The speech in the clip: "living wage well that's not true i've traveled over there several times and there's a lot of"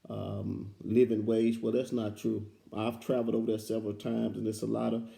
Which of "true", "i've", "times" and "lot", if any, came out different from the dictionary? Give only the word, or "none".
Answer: none